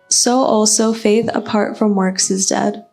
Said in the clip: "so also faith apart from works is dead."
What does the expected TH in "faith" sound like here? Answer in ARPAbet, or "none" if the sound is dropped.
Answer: TH